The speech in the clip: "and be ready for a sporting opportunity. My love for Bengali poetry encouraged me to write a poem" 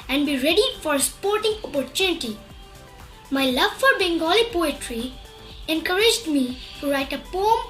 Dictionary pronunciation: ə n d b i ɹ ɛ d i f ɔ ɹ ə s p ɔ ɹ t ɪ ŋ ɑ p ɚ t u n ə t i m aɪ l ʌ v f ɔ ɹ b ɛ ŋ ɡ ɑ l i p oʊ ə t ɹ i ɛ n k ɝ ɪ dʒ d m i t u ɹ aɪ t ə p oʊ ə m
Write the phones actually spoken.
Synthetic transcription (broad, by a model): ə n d b i ɹ ɛ d i f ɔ ɹ ə p ɔ ɹ t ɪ ŋ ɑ p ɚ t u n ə t i m aɪ l ʌ v f ɔ ɹ b ɛ ŋ ɡ ɑ l i p oʊ ə t ɹ i ɛ n k ɝ ɪ dʒ d m i t u ɹ aɪ t ə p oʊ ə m